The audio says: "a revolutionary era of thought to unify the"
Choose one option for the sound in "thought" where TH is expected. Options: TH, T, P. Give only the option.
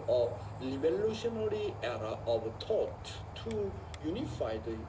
T